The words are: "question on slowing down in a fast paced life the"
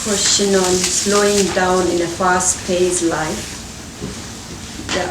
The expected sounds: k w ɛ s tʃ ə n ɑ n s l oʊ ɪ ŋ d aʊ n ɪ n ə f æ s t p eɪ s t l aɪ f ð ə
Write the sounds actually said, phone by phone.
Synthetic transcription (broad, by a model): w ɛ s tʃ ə n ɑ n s l oʊ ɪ ŋ d aʊ n ɪ n ə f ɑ s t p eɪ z l aɪ f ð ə